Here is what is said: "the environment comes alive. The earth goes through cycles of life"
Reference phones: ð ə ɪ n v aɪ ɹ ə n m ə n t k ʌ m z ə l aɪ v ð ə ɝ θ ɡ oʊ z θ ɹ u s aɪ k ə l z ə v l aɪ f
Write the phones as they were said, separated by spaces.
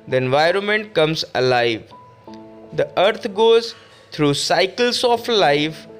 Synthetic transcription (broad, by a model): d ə ɪ n v aɪ ɹ ə n m ə n t k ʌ m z ə l aɪ v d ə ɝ t ɡ oʊ z t ɹ u s aɪ k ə l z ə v l aɪ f